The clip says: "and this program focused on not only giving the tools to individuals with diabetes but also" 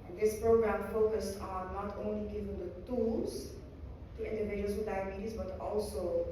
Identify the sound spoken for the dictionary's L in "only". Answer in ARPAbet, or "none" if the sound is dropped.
L